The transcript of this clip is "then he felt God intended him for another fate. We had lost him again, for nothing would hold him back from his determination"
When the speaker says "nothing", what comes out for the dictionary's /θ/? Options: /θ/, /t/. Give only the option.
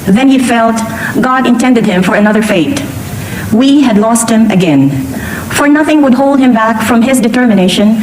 /θ/